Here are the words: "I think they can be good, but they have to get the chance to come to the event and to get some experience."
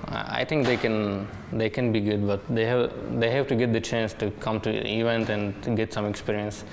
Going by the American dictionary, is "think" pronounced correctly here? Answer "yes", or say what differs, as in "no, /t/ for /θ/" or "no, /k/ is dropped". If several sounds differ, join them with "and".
no, /t/ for /θ/